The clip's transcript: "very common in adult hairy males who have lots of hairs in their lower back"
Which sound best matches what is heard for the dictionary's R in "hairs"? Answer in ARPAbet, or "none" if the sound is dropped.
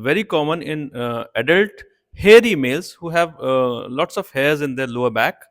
R